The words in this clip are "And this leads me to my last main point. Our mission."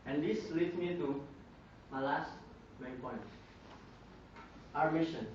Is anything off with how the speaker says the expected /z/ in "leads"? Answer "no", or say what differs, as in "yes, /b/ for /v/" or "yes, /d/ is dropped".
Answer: yes, /z/ is dropped